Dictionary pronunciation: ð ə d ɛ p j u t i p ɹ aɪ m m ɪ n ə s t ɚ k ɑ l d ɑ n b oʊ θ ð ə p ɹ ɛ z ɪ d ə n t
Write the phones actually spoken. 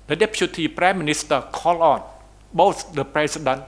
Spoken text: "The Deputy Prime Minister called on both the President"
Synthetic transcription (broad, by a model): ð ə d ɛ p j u t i p ɹ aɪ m m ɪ n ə s t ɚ k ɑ l ɑ n b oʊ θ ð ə p ɹ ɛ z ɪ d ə n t